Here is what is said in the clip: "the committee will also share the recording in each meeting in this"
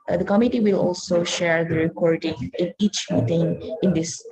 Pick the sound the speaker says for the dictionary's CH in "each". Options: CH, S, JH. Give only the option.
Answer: CH